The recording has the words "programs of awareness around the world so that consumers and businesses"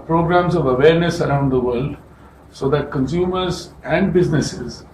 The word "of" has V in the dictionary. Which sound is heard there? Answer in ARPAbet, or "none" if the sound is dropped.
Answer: V